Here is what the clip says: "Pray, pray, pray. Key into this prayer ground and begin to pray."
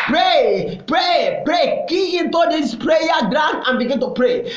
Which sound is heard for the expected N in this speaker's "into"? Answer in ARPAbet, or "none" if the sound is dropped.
N